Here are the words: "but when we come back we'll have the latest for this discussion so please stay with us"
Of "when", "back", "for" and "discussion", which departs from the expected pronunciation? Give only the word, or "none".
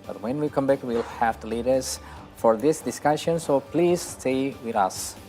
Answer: none